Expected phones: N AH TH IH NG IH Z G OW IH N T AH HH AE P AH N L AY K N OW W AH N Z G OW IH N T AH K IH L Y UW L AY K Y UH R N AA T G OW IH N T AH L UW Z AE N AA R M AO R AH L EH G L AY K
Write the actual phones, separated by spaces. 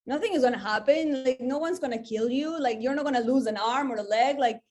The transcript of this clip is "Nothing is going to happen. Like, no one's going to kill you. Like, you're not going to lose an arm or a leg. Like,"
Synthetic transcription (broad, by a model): N AH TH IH NG IH Z G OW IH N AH HH AE P AH N L AY K N OW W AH N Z G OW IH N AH K IH L Y UW L AY K Y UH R N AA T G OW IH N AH L UW Z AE N AA R M AO R AH L EH G L AY K